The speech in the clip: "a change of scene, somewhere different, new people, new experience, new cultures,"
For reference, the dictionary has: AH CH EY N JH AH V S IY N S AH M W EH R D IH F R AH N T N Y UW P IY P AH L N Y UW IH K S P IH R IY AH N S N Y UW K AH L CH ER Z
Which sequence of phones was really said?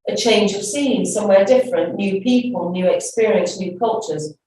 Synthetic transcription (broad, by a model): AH CH EY N JH AH V S IY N S AH M W EH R D IH F R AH N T N Y UW P IY P AH L N Y UW IH K S P IH R IY AH N S N Y UW K AH L CH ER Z